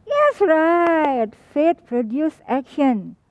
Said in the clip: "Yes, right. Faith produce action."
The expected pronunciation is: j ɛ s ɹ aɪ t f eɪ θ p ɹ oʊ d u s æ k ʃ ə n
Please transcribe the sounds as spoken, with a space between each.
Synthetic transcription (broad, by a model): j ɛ s ɹ aɪ t f eɪ t p ɹ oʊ d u s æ k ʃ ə n